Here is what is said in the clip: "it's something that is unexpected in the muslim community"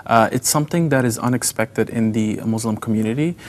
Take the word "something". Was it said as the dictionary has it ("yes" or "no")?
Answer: yes